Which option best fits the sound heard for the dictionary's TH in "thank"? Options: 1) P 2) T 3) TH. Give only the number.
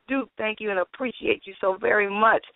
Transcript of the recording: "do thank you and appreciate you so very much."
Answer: 3